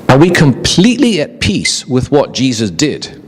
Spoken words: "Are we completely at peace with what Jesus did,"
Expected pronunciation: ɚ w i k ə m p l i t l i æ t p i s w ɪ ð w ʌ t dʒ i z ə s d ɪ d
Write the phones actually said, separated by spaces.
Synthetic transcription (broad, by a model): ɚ w i k ə m p l i t l i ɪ t p i s w ɪ ð w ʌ t dʒ i z ə s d ɪ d